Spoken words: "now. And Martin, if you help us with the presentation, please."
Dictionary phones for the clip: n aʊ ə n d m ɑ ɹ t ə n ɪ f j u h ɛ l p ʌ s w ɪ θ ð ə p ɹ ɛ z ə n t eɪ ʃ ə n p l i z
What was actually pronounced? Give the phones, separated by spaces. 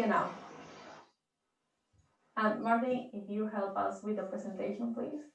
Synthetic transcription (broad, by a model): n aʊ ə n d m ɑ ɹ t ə ɪ f j u h ɛ l p ʌ s w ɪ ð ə p ɹ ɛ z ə n t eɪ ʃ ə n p l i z